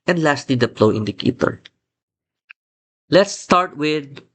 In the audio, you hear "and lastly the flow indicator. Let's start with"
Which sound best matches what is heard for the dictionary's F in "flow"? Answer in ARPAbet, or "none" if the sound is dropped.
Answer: P